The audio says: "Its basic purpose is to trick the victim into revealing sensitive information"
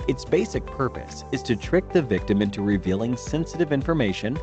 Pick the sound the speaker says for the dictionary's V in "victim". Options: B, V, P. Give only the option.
V